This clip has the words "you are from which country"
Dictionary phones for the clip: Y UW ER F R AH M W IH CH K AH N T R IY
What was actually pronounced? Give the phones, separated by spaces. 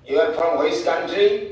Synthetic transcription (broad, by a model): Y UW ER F R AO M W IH S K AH N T R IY